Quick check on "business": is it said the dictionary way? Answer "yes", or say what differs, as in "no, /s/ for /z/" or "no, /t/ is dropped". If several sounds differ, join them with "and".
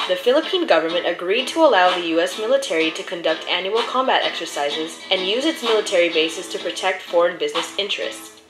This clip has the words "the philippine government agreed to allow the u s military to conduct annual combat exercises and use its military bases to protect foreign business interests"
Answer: yes